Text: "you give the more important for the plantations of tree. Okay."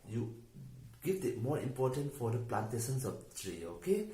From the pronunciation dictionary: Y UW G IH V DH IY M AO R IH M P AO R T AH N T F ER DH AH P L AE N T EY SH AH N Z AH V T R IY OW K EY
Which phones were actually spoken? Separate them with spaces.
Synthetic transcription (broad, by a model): Y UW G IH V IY M AO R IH M P AO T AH N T F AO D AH P L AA N T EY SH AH N S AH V T R IY OW K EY